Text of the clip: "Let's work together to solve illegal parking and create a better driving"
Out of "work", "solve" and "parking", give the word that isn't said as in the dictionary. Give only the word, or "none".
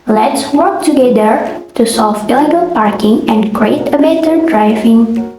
solve